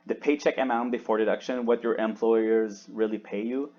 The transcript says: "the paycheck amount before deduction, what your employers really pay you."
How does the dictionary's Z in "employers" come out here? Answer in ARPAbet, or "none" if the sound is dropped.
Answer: Z